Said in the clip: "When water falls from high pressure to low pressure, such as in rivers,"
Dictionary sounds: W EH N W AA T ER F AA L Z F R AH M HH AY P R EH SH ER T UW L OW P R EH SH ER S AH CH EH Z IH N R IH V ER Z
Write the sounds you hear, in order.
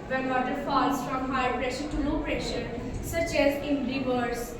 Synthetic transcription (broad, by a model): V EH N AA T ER F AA L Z F R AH M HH AY P R EH SH ER T UW N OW P R EH SH ER S AH CH EH Z IH N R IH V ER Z